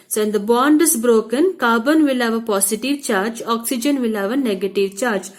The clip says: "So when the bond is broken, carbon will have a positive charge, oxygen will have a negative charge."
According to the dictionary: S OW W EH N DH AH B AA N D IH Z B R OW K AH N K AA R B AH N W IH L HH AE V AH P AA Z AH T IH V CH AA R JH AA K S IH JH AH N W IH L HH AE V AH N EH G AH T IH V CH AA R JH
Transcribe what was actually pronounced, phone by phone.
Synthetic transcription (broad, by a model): S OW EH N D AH B AA N D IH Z B R OW K AH N K AA B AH N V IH L HH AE V AH P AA S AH T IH V CH AA R JH AA K S IH JH AH N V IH L HH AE V AH N EH G AH T IH V CH AA R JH